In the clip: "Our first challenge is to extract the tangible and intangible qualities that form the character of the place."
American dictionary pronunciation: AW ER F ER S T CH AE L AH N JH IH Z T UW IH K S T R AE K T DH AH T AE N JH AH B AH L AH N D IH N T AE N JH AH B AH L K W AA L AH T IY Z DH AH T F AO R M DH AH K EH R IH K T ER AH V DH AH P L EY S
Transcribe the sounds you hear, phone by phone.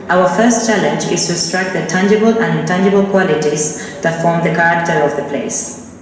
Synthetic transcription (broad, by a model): AW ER F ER S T CH AE L AH N JH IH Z T UW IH S T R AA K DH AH T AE N JH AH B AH L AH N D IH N T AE N JH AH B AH L K W AA L AH T IY Z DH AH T F AO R M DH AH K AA R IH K T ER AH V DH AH P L EY S